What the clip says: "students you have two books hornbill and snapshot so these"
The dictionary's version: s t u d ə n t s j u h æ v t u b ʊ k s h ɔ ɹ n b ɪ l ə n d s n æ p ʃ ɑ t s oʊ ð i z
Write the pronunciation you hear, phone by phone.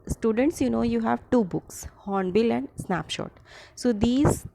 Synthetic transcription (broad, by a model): s t u d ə n t s j u h æ v t u b ʊ k s h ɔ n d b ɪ l ə n d s n æ p ʃ ɑ t s oʊ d i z